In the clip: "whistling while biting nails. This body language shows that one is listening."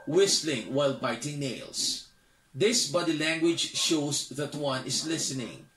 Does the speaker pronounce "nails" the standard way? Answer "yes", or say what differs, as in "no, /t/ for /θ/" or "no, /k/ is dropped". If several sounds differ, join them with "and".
no, /s/ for /z/